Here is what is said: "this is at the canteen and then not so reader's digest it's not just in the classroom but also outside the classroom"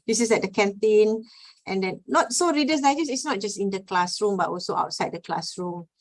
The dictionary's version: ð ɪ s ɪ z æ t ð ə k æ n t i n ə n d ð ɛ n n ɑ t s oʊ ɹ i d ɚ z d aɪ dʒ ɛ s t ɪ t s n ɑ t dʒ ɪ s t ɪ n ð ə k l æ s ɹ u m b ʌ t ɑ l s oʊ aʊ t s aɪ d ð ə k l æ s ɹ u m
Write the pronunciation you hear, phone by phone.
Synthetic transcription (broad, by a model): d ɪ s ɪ s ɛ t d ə k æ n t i n ə n d ɛ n n ɑ t s oʊ ɹ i d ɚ s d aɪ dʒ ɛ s ɪ t s n ɑ t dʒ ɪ s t ɪ n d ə k l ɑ s ɹ u m b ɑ t ɑ l s oʊ aʊ t s aɪ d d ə k l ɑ s ɹ u m